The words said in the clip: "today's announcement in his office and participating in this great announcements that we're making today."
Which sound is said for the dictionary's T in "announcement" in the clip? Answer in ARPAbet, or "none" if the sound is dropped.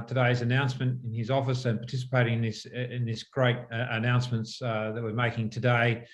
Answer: T